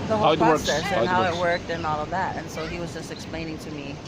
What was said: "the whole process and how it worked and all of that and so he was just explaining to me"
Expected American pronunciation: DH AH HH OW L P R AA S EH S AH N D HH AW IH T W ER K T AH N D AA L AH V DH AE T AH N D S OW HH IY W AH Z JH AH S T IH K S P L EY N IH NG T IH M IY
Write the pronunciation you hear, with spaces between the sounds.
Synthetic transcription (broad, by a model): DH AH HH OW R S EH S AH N HH AW IH T W ER K T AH N AA L AH V DH AE T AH N S OW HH IY W AH Z JH AH S T IH K S P L EY N IH NG T IH M IY